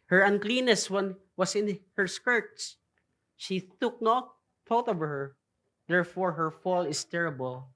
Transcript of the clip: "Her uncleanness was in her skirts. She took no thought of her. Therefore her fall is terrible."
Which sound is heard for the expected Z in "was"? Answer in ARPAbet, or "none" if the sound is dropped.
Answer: S